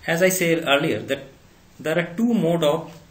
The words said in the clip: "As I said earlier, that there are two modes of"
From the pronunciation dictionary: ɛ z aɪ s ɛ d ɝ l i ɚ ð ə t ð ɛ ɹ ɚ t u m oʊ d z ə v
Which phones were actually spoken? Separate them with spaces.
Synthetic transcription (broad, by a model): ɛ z aɪ s ɛ d ɝ l i ɚ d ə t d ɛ ɹ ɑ t u m oʊ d ə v